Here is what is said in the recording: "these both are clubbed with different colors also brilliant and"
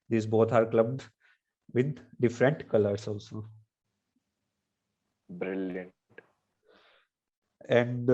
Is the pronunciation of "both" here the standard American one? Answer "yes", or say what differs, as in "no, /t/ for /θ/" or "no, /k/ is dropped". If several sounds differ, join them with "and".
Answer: no, /t/ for /θ/